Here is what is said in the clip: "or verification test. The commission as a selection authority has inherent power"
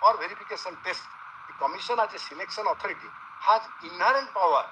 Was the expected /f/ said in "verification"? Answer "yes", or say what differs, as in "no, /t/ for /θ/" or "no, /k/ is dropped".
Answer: no, /p/ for /f/